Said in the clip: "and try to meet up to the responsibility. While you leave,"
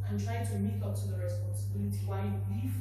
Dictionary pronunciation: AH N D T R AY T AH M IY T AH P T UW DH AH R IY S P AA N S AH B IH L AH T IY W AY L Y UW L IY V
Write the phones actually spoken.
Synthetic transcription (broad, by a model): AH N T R AY T AH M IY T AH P T UW DH AH R IY S P AA N S AH B IH L AH T IY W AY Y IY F